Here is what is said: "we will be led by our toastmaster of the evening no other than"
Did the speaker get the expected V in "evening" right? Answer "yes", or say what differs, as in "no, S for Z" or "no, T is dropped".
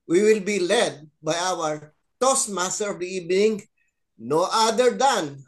no, B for V